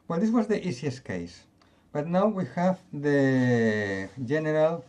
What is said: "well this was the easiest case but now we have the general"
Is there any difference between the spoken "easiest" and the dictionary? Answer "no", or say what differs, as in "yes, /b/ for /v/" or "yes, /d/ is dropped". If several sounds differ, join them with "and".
yes, /s/ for /z/